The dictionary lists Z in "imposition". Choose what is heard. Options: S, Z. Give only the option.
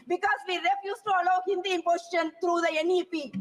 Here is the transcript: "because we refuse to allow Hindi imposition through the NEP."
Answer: S